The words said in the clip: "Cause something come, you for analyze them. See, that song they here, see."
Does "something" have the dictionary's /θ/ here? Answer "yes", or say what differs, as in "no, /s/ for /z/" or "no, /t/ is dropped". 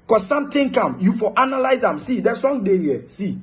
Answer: no, /t/ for /θ/